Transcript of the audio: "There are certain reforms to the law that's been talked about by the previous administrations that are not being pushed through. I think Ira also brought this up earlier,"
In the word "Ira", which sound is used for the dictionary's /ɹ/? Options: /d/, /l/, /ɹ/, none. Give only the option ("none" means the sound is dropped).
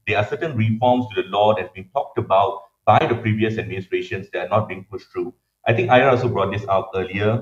none